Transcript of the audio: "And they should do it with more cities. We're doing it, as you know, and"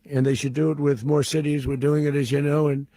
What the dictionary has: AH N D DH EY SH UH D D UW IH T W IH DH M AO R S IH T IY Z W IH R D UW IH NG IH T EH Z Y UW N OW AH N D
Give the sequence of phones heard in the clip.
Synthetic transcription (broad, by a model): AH N DH EY SH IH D D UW IH T W IH DH M AO R S IH T IY Z W IH R D UW IH NG IH T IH Z Y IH N OW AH N